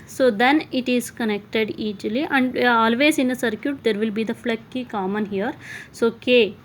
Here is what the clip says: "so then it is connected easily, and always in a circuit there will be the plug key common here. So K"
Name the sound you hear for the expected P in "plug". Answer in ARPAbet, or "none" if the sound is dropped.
F